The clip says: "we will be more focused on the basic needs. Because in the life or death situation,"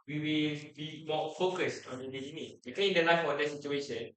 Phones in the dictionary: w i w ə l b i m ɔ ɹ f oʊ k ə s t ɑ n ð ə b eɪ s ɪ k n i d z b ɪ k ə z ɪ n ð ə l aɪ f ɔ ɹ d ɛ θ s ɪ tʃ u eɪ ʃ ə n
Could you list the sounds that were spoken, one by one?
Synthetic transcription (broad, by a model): w i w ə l b i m ɔ f oʊ k ə s t ɑ n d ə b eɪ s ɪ n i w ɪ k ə ɪ n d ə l aɪ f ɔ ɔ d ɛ s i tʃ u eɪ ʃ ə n